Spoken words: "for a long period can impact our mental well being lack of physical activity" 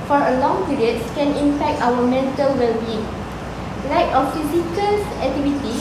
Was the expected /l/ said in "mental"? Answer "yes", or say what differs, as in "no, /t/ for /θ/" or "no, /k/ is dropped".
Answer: yes